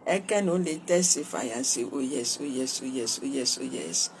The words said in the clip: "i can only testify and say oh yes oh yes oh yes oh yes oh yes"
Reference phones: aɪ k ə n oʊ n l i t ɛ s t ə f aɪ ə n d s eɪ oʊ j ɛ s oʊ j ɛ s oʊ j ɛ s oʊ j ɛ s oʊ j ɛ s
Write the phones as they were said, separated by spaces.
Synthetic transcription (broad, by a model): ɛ k ə n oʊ l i t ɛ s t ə f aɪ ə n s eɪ oʊ j ɛ s oʊ j ɛ s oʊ j ɛ s oʊ j ɛ s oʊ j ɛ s